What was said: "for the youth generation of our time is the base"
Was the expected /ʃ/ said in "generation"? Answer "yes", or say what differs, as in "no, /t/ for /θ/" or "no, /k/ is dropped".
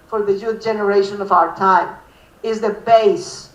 yes